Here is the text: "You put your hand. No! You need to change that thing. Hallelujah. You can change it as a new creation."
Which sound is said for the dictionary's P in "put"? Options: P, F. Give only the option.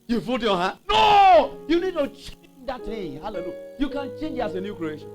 F